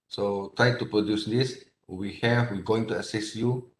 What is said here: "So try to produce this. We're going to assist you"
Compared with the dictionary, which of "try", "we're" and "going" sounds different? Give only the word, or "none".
we're